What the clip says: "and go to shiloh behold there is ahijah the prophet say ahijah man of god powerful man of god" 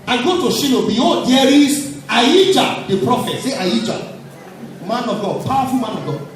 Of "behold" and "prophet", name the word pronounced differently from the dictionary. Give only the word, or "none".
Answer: behold